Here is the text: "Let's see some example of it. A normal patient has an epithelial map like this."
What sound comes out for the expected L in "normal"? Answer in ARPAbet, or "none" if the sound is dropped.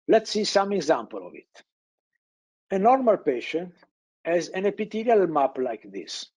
L